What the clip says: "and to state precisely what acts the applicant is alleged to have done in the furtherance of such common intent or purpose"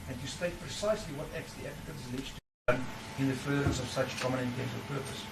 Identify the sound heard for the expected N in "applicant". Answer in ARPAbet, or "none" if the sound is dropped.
none